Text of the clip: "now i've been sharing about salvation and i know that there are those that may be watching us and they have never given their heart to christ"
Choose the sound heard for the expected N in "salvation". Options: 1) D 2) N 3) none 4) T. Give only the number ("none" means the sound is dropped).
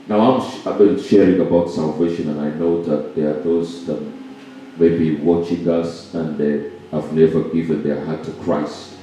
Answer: 2